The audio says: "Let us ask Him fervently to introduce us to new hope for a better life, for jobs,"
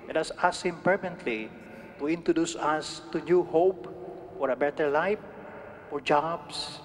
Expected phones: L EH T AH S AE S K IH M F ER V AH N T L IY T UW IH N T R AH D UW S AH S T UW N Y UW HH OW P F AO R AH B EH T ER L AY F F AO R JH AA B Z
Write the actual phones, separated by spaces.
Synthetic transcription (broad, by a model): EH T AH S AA S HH IH M P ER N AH N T L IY T UW IH N T R AH D UW S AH S T UW N Y UW HH OW P F AO R AH B EH T ER L AY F F AO R JH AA B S